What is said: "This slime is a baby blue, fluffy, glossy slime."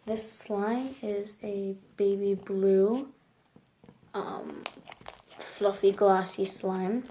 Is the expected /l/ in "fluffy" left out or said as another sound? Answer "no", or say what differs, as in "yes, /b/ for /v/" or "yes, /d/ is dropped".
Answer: no